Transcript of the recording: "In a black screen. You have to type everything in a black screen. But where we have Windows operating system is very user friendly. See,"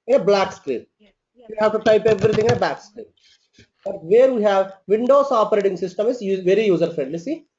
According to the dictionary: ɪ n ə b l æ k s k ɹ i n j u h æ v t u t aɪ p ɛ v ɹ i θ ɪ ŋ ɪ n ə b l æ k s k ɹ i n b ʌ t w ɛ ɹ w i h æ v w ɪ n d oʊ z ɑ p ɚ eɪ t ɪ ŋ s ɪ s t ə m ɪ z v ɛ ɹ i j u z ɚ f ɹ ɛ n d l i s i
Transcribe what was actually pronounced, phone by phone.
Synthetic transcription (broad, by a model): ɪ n b l æ k s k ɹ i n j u h æ v t u t aɪ p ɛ v ɹ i t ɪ ŋ ɪ n ə b l æ k s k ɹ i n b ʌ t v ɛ ɹ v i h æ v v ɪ n d oʊ s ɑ p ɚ eɪ t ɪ ŋ s ɪ s t ə m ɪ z v ɛ ɹ i j u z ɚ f ɹ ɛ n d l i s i